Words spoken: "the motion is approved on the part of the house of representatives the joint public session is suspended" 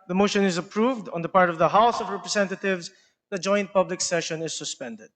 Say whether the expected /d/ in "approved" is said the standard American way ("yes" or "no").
yes